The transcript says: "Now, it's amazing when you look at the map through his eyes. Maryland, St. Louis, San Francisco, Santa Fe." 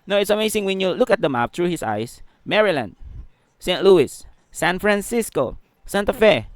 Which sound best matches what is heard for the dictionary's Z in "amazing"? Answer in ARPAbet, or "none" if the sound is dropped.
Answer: S